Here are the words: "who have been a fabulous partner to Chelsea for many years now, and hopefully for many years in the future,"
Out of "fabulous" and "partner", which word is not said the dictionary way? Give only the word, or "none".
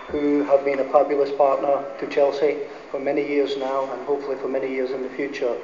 fabulous